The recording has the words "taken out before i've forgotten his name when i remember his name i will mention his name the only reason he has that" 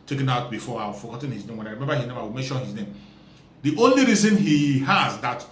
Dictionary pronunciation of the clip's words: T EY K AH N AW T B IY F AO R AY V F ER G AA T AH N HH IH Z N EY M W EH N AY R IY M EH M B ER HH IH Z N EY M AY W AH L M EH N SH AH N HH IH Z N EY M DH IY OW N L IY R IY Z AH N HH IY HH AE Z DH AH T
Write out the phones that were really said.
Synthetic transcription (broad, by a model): T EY K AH N AW T B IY F AO W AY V F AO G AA T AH N HH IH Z N EY M W EH N AY R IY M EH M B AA HH IH Z N EY M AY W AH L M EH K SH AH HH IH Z N EY M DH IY OW N L IY R IY Z AH N HH IY HH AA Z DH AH T